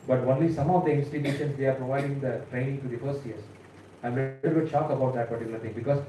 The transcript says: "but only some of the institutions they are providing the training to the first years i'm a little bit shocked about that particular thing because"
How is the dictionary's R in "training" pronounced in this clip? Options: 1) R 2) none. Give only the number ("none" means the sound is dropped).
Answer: 1